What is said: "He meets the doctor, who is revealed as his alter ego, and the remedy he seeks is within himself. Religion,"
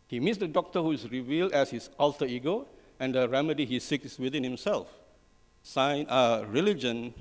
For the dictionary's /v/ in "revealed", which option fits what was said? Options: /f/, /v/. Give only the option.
/v/